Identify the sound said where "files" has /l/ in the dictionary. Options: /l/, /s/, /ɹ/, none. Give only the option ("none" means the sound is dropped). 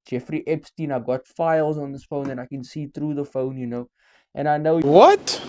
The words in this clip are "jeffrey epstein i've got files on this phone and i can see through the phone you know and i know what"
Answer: /l/